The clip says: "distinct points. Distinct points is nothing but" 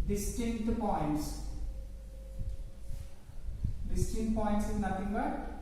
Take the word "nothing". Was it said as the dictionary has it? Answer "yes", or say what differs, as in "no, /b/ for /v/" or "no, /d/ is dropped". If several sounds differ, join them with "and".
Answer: no, /t/ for /θ/